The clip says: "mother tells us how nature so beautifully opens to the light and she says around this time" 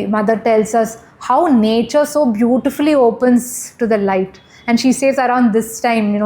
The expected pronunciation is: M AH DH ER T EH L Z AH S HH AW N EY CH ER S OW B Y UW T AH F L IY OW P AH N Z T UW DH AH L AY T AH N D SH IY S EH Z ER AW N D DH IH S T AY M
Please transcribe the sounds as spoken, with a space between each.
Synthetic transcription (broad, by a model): M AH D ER T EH L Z AH S HH AW N EY CH ER S OW B Y UW T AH F L IY OW P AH N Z T UW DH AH L AY T AH N D SH IY S EH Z ER AW N D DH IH S T AY M